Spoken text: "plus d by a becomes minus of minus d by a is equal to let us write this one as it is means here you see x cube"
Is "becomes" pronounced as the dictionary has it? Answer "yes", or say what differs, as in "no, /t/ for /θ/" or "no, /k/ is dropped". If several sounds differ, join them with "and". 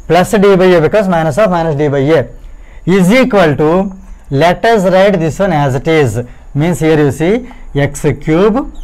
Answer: no, /m/ is dropped